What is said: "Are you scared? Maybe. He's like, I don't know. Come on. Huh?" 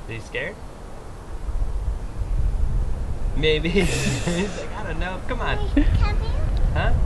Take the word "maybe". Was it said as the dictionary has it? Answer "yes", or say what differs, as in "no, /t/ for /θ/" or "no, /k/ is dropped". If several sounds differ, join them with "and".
no, /b/ is dropped